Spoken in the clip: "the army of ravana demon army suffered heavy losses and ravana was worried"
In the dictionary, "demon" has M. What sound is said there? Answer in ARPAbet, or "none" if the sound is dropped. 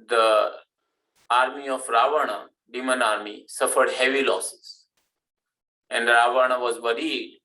M